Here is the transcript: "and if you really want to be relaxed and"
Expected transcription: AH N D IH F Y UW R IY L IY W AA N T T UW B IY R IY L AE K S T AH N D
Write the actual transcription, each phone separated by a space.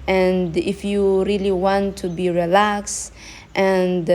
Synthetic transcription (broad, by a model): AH N D IH F Y UW R IY L IY W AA N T T UW B IY R IY L AE K S T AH N D